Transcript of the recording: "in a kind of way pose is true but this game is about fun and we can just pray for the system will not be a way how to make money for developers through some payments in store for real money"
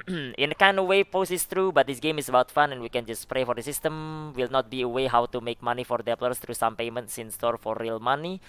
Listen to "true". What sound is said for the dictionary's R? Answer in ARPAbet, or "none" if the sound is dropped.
R